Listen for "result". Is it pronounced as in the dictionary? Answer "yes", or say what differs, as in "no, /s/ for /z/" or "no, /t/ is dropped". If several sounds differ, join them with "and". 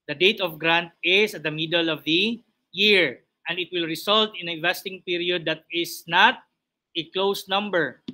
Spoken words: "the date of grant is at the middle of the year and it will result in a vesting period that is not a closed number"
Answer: no, /s/ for /z/